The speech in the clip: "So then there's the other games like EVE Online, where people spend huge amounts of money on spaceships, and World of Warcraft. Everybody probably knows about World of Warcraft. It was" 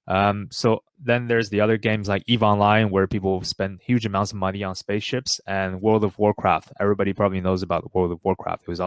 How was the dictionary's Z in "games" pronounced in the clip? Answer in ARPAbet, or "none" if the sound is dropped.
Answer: Z